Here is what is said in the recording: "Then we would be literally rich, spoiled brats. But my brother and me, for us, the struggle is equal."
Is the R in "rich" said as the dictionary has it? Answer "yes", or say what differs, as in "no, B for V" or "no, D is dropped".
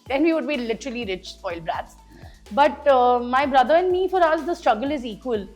yes